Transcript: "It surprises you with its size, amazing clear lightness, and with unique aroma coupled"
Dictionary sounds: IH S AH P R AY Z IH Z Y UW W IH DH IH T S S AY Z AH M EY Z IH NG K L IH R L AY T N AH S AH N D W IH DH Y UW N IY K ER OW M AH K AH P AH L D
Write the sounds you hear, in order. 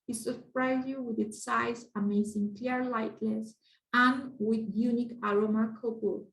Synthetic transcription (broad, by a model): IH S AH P R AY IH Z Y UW W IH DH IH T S S AY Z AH M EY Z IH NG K L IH R L AY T L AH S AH N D W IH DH Y UW N IY K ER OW M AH K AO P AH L